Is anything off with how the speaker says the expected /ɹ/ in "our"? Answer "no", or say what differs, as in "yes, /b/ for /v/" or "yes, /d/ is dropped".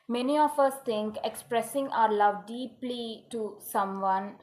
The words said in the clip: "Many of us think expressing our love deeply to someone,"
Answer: no